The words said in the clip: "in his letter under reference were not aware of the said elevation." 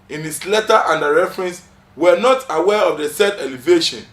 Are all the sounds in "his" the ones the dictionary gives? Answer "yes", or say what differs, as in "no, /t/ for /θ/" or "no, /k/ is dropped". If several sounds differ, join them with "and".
no, /s/ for /z/